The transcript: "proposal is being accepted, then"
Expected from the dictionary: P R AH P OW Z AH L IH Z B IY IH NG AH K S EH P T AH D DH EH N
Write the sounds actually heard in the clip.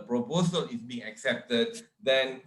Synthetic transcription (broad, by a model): P R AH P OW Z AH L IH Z B IY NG AH K S EH P T AH D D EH N